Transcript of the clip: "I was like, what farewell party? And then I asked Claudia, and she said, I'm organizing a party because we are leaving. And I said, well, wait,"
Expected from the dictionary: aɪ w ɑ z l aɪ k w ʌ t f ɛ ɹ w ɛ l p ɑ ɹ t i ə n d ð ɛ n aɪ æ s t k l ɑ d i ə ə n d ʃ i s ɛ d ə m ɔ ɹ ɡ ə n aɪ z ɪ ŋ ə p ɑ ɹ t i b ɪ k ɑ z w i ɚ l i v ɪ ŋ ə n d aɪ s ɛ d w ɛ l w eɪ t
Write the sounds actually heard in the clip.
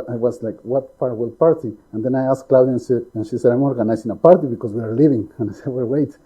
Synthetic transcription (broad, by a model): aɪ w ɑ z l aɪ k w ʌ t p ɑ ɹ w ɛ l p ɑ ɹ t i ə n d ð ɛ n aɪ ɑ s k l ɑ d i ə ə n ʃ i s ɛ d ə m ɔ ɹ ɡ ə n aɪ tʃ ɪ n ə p ɑ ɹ t i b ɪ k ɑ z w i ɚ l i v ɪ ŋ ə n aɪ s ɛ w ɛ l w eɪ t